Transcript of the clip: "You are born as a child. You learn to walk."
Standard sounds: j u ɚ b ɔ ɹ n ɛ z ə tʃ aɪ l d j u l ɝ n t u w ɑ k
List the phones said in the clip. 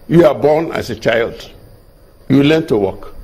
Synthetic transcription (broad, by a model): j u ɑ b ɔ n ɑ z ə tʃ aɪ l d j u l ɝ n t u w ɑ k